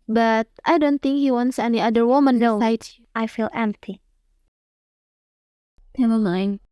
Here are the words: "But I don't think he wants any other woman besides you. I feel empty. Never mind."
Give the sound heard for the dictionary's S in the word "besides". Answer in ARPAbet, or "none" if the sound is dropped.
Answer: none